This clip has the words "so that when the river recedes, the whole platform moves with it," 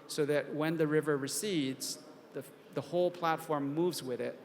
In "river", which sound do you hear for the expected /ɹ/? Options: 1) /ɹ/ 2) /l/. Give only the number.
1